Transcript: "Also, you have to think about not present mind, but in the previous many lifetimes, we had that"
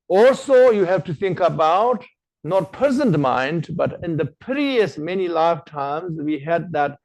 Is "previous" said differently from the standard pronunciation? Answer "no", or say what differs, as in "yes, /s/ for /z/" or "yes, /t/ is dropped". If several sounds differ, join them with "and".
yes, /ɹ/ is dropped